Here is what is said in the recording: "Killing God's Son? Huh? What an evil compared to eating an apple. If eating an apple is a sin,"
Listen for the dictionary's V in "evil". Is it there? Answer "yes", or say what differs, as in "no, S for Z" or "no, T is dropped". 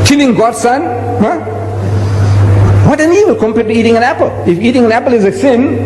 no, W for V